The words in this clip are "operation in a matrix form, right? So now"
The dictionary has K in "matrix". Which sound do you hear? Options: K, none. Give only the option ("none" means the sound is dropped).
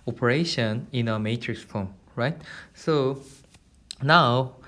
K